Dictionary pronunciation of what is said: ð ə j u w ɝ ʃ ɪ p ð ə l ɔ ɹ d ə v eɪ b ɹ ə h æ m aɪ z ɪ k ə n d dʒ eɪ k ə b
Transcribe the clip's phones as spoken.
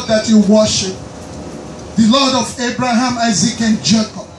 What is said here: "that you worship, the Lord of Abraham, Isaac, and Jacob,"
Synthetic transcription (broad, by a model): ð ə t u w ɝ ʃ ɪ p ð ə l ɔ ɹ d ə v eɪ b ɹ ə h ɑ m aɪ z ɪ k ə n dʒ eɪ k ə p